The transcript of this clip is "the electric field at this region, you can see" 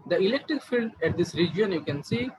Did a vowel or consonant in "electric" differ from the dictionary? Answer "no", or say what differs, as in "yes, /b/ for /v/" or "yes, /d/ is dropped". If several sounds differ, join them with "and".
no